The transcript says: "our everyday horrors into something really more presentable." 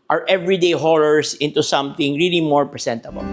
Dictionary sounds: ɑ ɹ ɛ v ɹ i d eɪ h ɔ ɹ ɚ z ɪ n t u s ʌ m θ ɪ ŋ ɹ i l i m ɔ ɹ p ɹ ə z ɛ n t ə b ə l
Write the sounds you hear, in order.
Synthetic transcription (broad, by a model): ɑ ɹ ɛ v ɹ i d eɪ h ɔ ɹ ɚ s ɪ n t u s ʌ m θ ɪ ŋ ɹ i l i m ɔ ɹ p ɹ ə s ɛ n t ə b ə l